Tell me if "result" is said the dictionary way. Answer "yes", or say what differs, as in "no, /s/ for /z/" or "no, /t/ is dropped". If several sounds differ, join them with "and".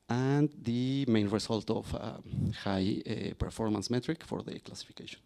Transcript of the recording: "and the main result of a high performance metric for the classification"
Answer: no, /s/ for /z/